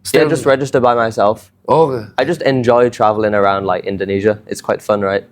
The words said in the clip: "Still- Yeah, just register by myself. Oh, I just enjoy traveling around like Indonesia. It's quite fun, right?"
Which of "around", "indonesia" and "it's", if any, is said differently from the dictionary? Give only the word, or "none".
none